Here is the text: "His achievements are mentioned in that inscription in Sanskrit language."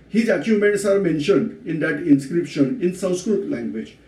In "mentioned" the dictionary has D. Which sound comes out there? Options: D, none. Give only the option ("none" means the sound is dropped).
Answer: D